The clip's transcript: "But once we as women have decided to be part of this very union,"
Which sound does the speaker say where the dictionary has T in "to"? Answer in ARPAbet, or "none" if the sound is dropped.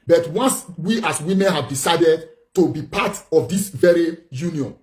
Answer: T